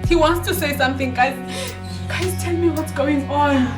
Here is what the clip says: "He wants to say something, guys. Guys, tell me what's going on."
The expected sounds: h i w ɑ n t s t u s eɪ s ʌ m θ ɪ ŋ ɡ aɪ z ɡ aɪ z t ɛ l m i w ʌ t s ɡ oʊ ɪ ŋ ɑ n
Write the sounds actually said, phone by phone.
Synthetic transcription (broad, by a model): h i w ɑ n t s t u s eɪ s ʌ m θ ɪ ŋ ɡ aɪ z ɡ aɪ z t ɛ l m i w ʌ t s ɡ oʊ ɪ ŋ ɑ n